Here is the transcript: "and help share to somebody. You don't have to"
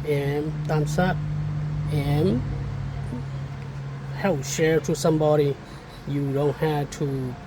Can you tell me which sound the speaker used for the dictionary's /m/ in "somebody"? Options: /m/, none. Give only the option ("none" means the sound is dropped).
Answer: /m/